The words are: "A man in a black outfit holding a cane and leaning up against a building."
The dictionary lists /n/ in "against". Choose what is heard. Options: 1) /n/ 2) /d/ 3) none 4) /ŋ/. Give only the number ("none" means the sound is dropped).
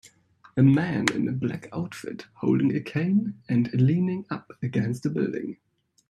1